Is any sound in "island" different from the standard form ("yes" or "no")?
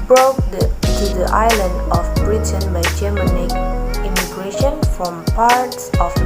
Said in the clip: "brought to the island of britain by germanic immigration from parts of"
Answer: no